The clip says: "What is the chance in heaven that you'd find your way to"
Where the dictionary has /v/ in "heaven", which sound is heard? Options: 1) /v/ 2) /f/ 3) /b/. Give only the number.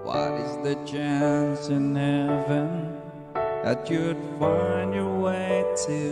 1